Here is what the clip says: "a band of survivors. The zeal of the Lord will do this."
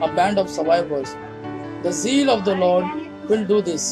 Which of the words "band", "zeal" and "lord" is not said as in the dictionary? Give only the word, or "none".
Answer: none